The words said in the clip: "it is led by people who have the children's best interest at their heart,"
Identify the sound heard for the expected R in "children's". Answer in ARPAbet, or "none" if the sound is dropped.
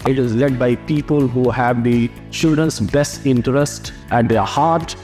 none